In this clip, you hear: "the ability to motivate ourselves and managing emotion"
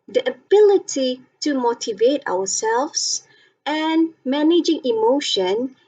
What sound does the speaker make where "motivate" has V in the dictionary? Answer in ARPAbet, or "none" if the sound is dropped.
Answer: V